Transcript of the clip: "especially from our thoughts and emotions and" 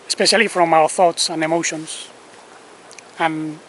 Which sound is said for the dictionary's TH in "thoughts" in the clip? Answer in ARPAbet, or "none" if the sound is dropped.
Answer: TH